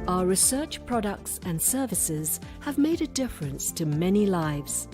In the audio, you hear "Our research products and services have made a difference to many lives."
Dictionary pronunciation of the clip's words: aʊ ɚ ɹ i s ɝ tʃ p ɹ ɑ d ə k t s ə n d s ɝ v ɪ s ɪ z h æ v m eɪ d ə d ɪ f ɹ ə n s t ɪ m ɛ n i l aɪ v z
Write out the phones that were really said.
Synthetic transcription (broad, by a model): aʊ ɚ ɹ i s ɝ tʃ p ɹ ɑ d ə k t s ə n s ɝ v ɪ s ɪ z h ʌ v m eɪ d ə d ɪ f ɹ ə n s t ɪ m ɛ n i l aɪ v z